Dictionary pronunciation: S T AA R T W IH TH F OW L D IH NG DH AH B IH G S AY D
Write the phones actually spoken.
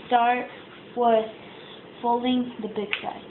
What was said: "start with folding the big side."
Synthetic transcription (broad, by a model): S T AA R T W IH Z F OW L D IH NG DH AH B IH G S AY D